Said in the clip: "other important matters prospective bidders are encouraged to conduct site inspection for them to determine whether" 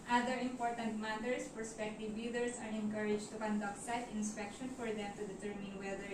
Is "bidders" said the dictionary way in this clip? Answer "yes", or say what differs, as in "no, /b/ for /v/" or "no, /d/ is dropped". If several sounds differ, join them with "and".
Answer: no, /s/ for /z/